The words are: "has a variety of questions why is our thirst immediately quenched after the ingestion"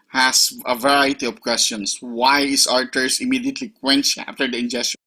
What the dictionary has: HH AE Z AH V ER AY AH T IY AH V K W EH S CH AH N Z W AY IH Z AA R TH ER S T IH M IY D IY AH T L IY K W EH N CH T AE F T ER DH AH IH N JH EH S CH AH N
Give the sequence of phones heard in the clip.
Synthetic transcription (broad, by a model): HH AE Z AH V ER AY AH T IY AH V K W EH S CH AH N S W AY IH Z AA R T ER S IH M IY D IY AH T L IY K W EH N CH AE F T ER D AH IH N JH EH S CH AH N